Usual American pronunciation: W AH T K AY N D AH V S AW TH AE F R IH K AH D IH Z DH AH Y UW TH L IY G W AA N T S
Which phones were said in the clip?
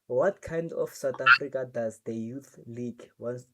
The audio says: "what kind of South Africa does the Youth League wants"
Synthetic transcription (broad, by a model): W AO T K AY N D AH F S AW T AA F R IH K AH D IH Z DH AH Y UW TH L IY G W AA N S